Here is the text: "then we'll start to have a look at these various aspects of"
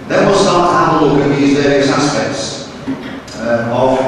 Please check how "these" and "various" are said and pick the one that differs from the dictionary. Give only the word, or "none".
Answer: none